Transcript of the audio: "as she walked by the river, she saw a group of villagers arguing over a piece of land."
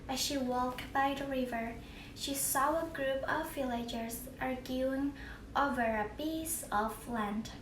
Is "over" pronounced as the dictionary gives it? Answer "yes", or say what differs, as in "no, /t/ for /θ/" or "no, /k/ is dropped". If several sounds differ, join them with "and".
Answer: yes